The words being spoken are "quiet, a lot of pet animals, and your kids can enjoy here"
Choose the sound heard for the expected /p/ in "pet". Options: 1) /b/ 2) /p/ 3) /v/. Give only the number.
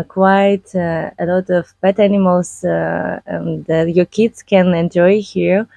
1